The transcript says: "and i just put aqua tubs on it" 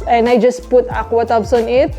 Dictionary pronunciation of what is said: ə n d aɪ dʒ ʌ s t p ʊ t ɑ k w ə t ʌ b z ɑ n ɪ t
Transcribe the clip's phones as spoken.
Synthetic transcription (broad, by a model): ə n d aɪ dʒ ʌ s p ʊ t ɑ k w ə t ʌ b s ɑ n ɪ t